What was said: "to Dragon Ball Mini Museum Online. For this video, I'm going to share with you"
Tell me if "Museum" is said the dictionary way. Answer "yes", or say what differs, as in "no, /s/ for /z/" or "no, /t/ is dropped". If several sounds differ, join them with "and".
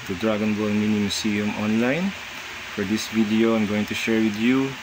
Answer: no, /s/ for /z/